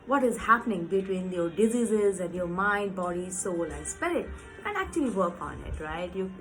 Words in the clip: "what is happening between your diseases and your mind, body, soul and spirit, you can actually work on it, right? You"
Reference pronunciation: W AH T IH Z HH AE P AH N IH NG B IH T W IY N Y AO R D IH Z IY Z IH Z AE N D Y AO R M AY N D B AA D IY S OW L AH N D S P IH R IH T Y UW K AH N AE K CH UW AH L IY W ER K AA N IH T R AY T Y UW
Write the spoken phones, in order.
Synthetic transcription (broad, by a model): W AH T IH Z HH AE P AH N IH NG B IH T W IY N Y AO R D IH Z IY Z IH Z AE N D Y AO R M AY N D B AA D IY S OW L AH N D S P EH L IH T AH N AE K CH UW AH L IY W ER K AA N IH T R AY T Y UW